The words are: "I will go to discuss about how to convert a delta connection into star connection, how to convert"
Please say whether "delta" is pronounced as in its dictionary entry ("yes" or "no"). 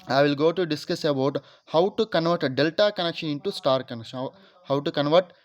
yes